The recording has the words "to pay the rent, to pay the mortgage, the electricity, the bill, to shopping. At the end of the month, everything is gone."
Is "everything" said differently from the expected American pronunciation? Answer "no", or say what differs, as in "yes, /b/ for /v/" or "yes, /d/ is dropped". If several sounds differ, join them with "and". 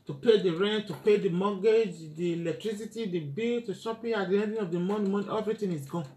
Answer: yes, /t/ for /θ/